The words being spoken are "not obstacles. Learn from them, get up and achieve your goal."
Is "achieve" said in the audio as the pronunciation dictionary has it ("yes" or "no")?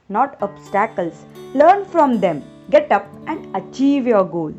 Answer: yes